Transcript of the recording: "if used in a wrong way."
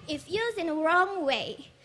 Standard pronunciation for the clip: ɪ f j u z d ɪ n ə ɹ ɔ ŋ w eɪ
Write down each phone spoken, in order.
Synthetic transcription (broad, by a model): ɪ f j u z ɪ n ə ɹ ɔ ŋ w eɪ